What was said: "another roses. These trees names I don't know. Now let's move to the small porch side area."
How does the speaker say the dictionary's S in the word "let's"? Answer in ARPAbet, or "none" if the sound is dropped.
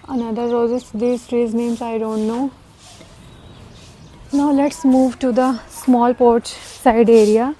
S